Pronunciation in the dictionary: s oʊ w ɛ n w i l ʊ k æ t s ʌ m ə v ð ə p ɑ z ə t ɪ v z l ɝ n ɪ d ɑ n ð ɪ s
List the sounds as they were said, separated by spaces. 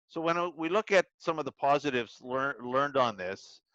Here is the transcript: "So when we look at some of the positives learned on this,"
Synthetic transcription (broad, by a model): s oʊ w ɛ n w i l ʊ k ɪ t s ʌ m ə v ð ə p ɑ z ə t ɪ v z l ɝ l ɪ d n ð ɪ s